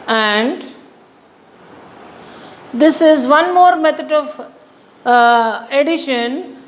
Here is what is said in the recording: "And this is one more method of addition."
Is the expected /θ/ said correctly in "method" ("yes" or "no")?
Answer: no